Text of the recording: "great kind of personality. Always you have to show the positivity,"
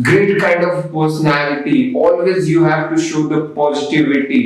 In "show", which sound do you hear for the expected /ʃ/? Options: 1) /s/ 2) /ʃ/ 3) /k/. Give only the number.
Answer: 2